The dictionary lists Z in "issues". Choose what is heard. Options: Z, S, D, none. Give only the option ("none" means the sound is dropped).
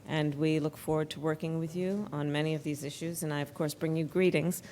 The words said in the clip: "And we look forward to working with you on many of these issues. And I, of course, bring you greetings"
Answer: Z